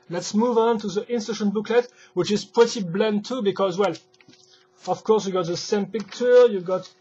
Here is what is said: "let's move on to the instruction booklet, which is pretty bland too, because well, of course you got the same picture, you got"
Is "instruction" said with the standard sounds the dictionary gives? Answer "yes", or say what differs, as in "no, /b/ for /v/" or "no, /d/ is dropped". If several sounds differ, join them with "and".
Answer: no, /k/ is dropped